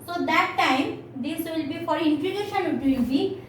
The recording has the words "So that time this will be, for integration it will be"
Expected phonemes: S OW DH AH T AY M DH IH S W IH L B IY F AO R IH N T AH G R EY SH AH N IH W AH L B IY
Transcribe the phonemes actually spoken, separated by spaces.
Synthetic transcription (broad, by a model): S OW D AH T AY M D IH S W IH L B IY F AO R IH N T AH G EY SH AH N IH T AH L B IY